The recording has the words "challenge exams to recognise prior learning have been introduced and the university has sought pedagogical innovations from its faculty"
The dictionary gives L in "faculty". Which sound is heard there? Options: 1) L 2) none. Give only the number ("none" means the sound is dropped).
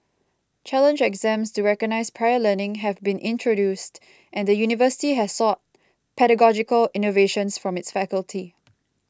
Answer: 1